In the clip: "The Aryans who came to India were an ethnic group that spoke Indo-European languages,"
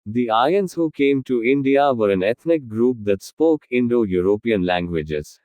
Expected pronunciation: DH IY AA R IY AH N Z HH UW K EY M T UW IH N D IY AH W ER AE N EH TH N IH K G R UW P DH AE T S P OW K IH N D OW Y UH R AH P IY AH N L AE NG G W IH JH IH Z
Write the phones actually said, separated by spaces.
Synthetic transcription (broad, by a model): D IY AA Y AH N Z HH UW K EY M T UW IH N D IY AH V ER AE N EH T N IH K G R UW P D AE T S P OW K IH N D OW Y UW R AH P IY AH N L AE NG G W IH JH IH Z